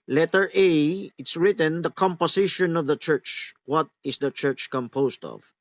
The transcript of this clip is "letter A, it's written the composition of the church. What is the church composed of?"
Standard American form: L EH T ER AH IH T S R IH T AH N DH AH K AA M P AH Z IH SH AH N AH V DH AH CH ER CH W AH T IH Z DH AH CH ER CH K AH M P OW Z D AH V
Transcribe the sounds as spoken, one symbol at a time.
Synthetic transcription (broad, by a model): L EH T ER AH IH T S R IH T AH N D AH K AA M P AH S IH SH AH N AH V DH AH CH ER CH W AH T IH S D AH CH ER CH K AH M P OW S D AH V